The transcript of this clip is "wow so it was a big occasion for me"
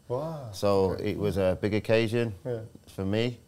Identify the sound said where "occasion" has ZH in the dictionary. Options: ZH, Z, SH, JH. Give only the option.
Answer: ZH